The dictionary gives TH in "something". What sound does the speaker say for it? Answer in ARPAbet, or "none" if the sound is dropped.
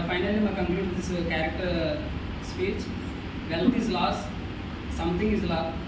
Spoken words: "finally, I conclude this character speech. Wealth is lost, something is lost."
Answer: T